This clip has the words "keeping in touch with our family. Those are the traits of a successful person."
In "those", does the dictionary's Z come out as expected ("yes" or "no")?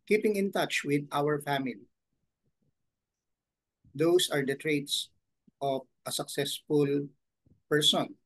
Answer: no